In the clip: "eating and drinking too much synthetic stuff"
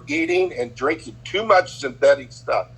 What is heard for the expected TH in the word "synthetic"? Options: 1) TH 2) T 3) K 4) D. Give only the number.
1